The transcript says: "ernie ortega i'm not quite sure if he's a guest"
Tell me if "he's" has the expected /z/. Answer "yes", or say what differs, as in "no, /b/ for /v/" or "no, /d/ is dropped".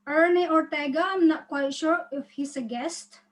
no, /s/ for /z/